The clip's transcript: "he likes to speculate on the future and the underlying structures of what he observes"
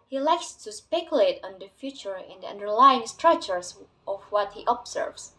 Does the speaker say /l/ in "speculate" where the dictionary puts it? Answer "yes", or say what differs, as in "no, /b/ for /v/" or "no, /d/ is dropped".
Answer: yes